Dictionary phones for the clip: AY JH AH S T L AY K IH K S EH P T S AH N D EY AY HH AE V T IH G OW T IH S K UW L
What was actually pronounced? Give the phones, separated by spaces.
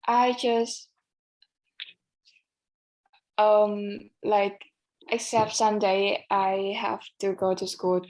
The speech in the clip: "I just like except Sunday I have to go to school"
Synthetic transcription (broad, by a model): AY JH AH S T L AY K IH K S EH P T S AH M D EY AY HH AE F T IH G OW T IH S K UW L